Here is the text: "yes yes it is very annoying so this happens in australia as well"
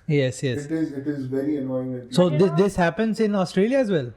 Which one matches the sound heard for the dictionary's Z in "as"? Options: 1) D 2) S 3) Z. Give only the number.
3